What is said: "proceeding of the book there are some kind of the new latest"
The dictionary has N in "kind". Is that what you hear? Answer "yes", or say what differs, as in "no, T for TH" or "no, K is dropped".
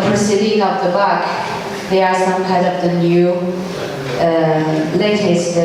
no, N is dropped